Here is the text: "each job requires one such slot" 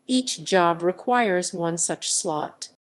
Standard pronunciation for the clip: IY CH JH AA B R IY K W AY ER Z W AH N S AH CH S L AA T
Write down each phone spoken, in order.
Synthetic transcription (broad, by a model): IY CH JH AA B R IY K W AY ER Z W AH N S AH CH S L AA T